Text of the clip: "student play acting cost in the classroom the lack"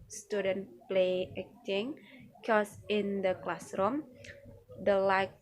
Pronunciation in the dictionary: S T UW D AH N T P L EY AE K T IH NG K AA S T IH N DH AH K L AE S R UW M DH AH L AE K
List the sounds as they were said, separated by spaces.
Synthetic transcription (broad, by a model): S T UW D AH N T P L EY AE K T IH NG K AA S IH N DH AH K L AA S R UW M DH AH L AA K